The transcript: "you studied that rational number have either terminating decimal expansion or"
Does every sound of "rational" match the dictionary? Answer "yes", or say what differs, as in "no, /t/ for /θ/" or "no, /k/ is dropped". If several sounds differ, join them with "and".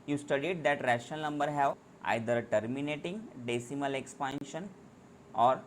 no, /n/ is dropped